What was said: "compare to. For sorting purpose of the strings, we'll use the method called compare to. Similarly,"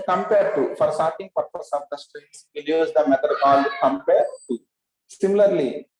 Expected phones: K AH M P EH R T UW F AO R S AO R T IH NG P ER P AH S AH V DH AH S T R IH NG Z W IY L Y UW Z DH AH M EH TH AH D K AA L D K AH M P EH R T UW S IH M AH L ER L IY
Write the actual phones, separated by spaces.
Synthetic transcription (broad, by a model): K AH M P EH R T UW F AO R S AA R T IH NG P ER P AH S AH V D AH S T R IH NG S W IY L Y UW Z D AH M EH T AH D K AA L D K AH M P EH R T UW S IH M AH L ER L IY